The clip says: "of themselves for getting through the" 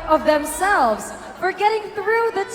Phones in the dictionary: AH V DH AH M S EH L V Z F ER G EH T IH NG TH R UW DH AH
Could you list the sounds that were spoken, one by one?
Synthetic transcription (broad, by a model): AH V DH AH M S EH L V Z F ER G EH T IH NG TH R UW DH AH